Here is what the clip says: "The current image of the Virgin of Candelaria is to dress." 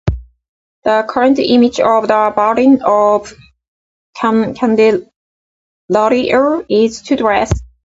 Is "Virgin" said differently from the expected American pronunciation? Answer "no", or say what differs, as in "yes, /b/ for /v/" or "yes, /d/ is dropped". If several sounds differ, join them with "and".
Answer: yes, /b/ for /v/